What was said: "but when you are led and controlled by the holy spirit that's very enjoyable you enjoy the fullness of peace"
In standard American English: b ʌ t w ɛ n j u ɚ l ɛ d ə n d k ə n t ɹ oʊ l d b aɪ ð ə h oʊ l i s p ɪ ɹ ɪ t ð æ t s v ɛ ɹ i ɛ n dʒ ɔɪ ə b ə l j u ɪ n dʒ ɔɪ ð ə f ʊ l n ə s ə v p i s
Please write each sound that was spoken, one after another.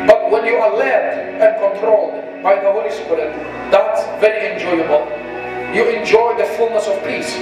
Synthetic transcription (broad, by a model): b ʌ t w ɛ n j u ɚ l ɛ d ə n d k ə n t ɹ oʊ l d b aɪ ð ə h oʊ l i s p ɪ ɹ ɪ t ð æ t s v ɛ ɹ i ɛ n dʒ ɔɪ ə b ə l j u ɪ n dʒ ɔɪ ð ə f ʊ l n ə s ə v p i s